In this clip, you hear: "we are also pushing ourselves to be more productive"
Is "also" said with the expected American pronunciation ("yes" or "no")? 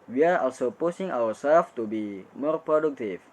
no